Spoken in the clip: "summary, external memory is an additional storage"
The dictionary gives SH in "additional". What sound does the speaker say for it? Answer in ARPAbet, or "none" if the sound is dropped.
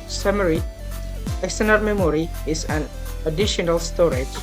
SH